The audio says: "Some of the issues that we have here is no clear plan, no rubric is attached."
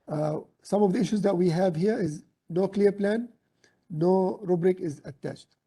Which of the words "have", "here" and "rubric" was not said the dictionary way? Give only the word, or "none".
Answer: none